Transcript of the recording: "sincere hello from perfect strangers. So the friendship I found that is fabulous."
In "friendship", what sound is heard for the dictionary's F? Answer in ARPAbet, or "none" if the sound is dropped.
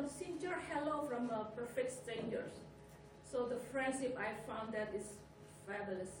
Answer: F